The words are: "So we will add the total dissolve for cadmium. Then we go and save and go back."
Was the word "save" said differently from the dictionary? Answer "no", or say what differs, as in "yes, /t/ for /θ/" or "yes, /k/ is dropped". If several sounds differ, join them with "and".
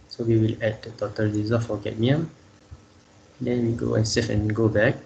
yes, /f/ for /v/